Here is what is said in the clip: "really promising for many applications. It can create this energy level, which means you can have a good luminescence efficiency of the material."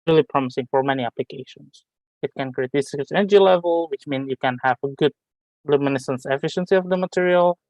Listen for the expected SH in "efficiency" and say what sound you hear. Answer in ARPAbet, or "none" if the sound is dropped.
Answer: SH